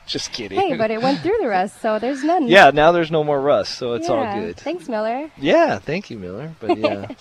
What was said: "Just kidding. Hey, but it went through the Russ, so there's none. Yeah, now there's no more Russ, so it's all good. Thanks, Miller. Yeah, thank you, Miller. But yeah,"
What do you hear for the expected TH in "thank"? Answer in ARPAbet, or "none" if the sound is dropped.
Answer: TH